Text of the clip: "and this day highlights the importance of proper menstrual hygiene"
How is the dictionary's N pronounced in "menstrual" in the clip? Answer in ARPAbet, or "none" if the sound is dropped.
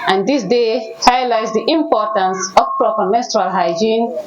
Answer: none